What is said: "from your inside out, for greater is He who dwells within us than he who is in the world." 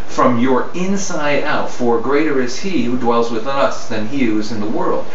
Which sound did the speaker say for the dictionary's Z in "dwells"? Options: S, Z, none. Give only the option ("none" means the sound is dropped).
Z